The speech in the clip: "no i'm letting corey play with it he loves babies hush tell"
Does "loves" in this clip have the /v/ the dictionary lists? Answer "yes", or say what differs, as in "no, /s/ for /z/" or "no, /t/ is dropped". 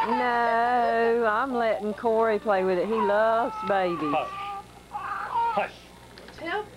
yes